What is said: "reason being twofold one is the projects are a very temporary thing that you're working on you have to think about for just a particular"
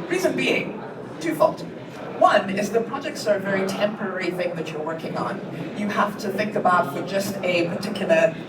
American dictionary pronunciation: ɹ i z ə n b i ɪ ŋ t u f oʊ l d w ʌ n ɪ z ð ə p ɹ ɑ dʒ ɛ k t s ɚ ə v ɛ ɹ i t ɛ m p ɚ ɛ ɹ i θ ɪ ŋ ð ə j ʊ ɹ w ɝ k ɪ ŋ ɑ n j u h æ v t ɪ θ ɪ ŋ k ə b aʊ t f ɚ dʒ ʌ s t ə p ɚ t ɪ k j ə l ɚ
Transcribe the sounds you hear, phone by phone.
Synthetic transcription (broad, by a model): ɹ i z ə n b i ɪ ŋ t u f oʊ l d w ʌ n ɪ z ð ə p ɹ ɑ dʒ ɛ k t s ɚ ə v ɛ ɹ i t ɛ m p ɚ ɛ ɹ i θ ɪ ŋ ð ə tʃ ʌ ɹ w ɝ k ɪ ŋ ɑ n j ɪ h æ f t ɪ θ ɪ ŋ k ə b aʊ t f ɚ dʒ ʌ s t ə p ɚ t ɪ k j l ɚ